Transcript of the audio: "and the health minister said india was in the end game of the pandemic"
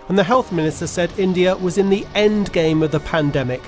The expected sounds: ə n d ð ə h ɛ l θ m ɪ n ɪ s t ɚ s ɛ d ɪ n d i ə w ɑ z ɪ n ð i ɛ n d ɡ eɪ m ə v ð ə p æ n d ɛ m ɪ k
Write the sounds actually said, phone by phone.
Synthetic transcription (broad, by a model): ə n ð ə h ɛ l θ m ɪ n ɪ s t ɚ s ɛ d ɪ n d i ə w ɑ z ɪ n ð i ɛ n ɡ eɪ m ə v ð ə p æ n d ɛ m ɪ k